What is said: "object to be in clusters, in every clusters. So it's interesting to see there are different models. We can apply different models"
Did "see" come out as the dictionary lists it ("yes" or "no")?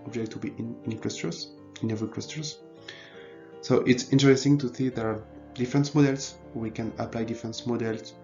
no